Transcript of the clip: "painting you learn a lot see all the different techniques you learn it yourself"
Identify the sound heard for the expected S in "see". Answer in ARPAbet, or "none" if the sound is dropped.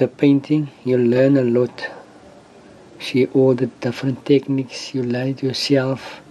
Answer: SH